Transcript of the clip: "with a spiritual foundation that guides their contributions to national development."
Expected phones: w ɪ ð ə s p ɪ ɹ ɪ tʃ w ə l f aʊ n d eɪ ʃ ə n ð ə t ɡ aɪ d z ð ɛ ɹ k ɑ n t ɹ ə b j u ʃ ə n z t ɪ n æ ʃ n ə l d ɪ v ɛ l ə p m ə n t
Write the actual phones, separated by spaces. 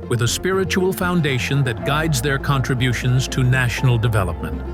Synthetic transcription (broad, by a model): w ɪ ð ə s p ɪ ɹ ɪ tʃ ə l f aʊ n d eɪ ʃ ə n ð ə t ɡ aɪ d z ð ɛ ɹ k ɑ n t ɹ ə b j u ʃ ə n z t ɪ n æ ʃ n l d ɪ v ɛ l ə p m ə n t